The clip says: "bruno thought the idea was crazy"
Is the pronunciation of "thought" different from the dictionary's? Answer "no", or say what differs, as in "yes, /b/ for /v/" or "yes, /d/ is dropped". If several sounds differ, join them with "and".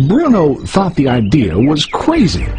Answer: no